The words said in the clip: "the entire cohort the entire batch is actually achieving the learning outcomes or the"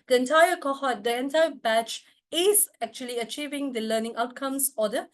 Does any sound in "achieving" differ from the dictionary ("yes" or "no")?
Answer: no